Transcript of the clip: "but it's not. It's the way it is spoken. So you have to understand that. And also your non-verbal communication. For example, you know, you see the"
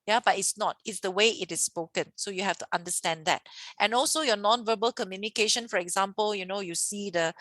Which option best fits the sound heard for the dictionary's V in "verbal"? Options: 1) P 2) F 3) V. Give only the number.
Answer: 3